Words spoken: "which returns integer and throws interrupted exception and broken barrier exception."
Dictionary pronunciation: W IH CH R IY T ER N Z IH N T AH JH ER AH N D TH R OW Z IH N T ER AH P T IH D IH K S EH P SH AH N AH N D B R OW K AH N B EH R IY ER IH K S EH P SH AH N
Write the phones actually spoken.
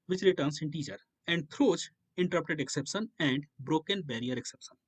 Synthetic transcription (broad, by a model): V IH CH R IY T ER N S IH N T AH CH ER AH N D T R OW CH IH N T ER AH P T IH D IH K S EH P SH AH N AH N D B R OW K AH N B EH R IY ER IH K S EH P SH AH N